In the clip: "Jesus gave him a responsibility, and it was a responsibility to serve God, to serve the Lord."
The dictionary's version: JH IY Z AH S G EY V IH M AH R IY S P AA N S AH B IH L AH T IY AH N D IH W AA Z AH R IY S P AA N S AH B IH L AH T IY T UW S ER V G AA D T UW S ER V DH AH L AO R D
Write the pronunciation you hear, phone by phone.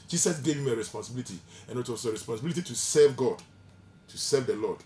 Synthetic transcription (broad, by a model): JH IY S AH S G EY V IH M AH R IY S P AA N S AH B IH L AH T IY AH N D IH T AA S AH R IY S P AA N S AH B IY L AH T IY T UW S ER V G AA D T UW S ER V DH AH L AO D